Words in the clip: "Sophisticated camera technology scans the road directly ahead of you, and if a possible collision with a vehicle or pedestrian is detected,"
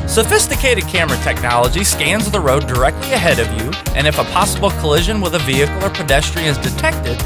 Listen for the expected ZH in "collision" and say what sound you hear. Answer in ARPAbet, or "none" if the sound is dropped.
ZH